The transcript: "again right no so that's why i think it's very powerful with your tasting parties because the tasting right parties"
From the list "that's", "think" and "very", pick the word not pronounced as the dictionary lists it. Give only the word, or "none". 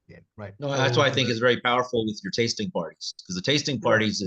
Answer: none